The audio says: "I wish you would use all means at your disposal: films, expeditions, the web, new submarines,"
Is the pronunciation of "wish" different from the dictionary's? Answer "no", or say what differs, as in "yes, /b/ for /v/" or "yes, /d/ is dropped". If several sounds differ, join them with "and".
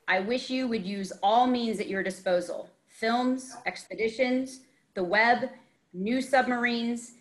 no